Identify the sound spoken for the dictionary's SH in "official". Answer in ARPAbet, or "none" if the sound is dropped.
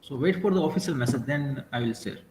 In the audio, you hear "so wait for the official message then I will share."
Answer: S